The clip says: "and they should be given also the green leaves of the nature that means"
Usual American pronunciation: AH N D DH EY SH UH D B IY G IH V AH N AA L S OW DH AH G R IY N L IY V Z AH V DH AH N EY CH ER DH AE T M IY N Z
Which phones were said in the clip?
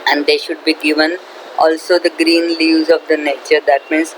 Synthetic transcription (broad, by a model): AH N D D EY SH UH D B IY G IH V AH N AA L S OW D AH G R IY N L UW Z AH V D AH N EY CH ER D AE T M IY N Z